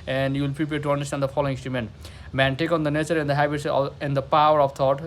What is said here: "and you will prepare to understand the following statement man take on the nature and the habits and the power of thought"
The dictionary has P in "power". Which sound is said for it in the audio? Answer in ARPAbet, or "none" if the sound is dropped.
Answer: P